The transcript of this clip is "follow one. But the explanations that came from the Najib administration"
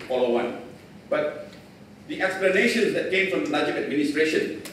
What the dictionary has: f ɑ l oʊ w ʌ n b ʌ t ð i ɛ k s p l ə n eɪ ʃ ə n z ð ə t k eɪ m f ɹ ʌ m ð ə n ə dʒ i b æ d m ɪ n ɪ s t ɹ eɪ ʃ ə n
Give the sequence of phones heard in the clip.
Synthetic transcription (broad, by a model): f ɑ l oʊ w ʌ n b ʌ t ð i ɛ k s p l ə n eɪ ʃ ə n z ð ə t k eɪ m f ɹ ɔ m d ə l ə dʒ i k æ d m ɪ n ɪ s t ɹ eɪ ʃ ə n